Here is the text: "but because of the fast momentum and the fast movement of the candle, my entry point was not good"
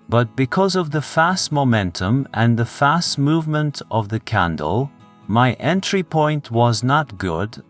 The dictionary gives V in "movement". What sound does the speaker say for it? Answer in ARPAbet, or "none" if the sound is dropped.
V